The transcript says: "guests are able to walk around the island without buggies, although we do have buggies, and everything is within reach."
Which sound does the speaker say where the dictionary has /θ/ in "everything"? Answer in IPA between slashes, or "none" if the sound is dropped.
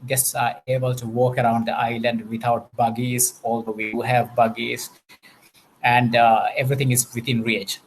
/t/